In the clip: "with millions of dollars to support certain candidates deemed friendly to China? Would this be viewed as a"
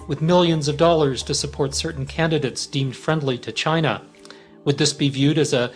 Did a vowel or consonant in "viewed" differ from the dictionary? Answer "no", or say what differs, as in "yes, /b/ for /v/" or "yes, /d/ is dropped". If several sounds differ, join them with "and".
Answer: no